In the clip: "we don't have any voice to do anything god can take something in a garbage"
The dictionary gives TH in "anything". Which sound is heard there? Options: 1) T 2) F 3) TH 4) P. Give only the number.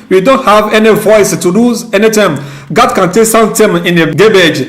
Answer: 1